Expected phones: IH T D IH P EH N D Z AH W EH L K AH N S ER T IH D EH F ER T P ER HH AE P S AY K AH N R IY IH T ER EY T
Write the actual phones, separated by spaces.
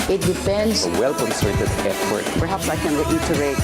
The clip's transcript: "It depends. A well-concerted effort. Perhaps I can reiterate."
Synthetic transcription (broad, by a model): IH T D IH F EH N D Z AH W EH L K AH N S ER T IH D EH P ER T P ER HH AE P S AY K AH N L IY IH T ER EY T